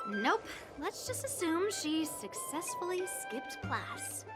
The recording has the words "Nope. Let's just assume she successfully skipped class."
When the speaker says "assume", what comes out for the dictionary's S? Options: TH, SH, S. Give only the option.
S